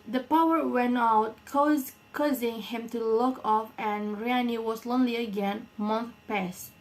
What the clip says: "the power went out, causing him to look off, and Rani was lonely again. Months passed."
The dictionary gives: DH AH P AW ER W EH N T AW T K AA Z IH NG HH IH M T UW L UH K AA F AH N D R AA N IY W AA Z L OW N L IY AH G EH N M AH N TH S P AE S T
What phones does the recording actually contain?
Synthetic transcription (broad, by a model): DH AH P AW ER W EH N T AW T K AA Z IH NG HH IH M T UW L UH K AA F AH N R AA N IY W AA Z L OW N L IY AH G EH N M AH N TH P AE S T